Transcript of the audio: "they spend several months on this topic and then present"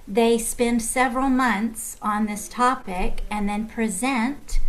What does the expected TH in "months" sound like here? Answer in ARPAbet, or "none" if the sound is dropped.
TH